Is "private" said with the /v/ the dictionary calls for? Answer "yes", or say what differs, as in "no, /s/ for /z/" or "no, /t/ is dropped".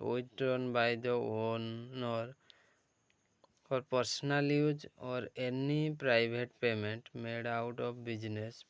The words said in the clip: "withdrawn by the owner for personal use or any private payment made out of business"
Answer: no, /b/ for /v/